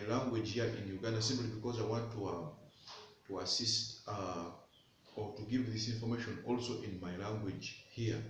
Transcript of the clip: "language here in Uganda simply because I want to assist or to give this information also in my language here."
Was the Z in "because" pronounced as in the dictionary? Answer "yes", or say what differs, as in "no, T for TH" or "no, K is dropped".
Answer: yes